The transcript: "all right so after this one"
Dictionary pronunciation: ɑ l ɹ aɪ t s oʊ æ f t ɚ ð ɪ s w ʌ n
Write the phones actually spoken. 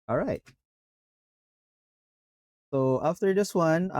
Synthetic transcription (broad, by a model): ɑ l ɹ aɪ t s oʊ æ f t ɚ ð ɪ s w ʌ n